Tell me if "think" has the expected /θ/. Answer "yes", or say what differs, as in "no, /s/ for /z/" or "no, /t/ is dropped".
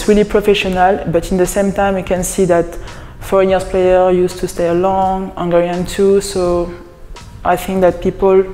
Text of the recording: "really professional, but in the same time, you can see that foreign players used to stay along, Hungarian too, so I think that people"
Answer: yes